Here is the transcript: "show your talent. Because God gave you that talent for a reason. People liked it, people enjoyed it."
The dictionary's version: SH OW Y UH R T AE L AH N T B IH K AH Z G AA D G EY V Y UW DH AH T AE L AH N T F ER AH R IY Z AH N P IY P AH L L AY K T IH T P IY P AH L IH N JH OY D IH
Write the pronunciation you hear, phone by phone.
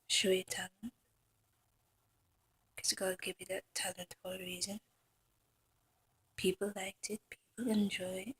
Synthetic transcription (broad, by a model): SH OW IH T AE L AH N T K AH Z G AA D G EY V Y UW DH AH T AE L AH N T F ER AH R IY Z AH N P IY P AH L L AY K T IH T P IY P AH L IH N JH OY IH